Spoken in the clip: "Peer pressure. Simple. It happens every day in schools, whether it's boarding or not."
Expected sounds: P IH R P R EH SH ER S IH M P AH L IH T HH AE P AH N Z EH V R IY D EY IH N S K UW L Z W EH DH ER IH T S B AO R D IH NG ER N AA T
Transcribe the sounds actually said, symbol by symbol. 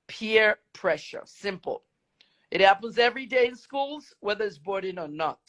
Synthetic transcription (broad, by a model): P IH R P R EH SH ER S IH M P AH L IH T HH AE P AH N Z EH V R IY D EY IH N S K UW L Z W EH DH ER IH T S B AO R D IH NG ER N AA T